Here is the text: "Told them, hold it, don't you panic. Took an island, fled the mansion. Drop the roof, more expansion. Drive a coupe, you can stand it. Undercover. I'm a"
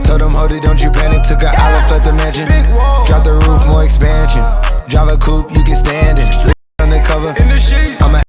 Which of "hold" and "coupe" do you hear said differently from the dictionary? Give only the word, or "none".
hold